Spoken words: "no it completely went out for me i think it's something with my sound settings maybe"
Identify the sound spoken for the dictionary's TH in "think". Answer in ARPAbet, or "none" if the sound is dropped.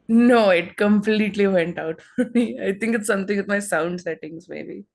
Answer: T